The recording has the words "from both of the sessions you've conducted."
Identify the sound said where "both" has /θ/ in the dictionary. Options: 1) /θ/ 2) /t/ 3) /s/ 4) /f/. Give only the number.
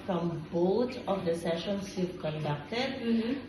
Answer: 2